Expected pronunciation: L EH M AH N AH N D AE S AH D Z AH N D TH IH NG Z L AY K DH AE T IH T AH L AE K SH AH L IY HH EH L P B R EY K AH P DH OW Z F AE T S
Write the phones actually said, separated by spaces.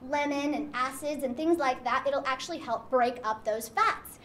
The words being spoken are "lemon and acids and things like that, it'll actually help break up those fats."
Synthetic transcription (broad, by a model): L EH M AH N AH N AE S AH D Z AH N TH IH NG Z L AY K DH AE T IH T L AE K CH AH L IY HH EH L P B R EY K AH P DH OW Z F AE T S